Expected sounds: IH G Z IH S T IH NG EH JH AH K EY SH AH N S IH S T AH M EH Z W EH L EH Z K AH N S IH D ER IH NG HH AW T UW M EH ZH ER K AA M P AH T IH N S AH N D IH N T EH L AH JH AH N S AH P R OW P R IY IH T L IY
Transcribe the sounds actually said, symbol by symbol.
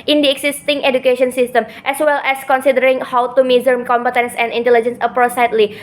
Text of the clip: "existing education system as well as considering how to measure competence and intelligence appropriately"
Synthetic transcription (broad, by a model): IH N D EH S T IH NG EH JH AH K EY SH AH N S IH S T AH M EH S W EH L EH S K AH N S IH D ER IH NG HH AW T UW M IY Z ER K AA M P AH T IH N S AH N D IH N T EH L AH JH AH N S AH P R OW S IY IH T L IY